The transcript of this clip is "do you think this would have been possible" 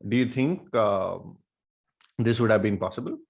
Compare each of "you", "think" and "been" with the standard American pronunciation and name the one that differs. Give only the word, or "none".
think